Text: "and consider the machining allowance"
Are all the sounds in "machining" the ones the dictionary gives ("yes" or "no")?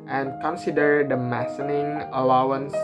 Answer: no